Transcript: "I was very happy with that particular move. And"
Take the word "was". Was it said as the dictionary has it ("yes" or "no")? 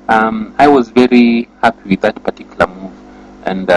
yes